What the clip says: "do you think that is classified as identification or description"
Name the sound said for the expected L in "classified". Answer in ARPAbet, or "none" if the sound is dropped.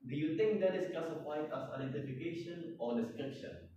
none